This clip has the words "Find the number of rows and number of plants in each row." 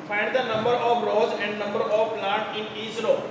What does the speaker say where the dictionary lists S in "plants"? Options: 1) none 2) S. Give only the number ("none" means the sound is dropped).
1